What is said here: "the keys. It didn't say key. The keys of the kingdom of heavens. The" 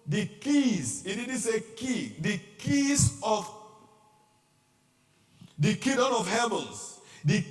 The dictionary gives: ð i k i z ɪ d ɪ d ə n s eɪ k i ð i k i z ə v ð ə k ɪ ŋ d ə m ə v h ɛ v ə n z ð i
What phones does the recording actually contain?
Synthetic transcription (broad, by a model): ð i k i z ɪ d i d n s eɪ k i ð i k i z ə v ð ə k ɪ d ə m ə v h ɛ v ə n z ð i